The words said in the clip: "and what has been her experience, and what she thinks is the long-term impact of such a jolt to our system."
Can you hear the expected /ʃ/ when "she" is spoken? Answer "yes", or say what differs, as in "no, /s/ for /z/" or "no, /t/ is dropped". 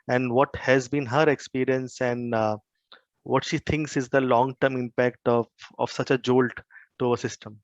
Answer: yes